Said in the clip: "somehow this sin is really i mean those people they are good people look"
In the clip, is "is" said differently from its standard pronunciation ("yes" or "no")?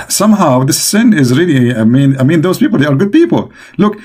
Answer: no